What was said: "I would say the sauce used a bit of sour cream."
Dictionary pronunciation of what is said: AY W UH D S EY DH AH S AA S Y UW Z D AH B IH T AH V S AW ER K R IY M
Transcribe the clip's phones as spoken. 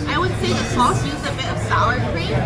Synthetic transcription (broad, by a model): AY W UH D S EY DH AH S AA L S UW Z AH B IH T AH V S AW ER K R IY